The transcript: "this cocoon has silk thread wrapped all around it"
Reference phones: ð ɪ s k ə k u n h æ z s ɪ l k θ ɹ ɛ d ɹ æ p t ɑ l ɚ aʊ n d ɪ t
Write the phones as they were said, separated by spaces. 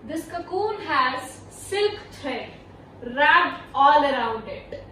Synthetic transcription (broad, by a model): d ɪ s k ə k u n h æ z s ɪ l k t ɹ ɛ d ɹ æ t ɑ l ɚ aʊ n d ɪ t